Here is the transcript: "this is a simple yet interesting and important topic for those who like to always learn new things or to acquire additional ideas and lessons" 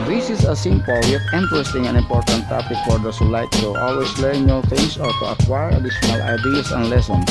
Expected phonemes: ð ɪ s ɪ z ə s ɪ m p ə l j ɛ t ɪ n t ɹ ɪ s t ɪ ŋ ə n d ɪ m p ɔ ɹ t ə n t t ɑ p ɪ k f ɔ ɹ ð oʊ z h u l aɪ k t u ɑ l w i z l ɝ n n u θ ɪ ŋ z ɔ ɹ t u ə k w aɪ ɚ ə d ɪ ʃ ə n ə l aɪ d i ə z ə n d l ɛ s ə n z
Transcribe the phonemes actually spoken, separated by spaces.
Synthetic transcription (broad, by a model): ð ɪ s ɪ s ə s ɪ m p ə l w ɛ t ɪ n t ɹ ɪ s t ɪ ŋ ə n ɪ m p ɔ ɹ t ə n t t ɑ p ɪ k f ɔ ɹ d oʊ s h u l aɪ k t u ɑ l w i s l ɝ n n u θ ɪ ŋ s ɔ ɹ t u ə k w aɪ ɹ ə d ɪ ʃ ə n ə l aɪ d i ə s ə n l ɛ s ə n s